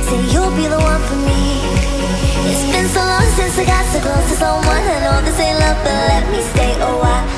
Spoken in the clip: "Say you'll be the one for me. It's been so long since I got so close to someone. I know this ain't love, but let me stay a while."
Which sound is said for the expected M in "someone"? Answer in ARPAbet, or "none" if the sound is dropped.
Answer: none